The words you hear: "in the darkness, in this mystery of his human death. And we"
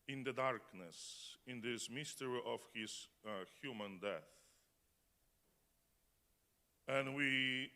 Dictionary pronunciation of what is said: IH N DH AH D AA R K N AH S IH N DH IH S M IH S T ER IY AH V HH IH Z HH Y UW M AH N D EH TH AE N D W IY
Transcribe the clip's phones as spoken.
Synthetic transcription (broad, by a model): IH N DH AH D AA R K N AH S IH N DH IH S M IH S T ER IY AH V HH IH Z HH Y UW M AH N D EH TH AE N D W IY